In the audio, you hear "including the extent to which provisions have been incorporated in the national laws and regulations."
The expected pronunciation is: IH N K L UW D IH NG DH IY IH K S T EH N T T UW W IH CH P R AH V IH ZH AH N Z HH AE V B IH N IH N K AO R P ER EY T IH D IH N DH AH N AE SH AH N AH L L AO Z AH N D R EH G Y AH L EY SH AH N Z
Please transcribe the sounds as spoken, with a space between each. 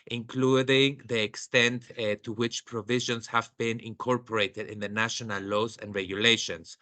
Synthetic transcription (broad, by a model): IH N K L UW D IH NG DH IY IH K S T EH N T T UW W IH CH P R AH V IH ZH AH N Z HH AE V B IH N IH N K AO R P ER EY T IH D IH N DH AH N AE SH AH N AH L L AO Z AH N D R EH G Y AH L EY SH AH N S